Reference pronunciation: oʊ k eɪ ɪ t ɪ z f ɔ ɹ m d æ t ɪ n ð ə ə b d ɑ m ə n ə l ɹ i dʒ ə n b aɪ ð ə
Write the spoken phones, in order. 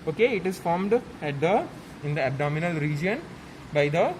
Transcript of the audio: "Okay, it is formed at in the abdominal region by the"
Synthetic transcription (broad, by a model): oʊ k eɪ ɪ t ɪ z f ɔ ɹ m d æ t ɪ n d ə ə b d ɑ m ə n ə l ɹ i dʒ ə n b aɪ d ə